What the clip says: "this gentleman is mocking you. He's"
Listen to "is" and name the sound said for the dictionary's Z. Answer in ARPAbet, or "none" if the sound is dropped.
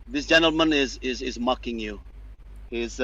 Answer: Z